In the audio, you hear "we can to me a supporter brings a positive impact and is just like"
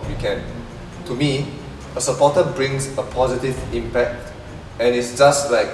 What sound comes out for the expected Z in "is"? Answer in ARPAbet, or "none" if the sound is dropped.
S